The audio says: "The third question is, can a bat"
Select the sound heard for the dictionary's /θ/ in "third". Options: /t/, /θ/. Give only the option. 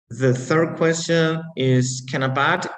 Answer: /θ/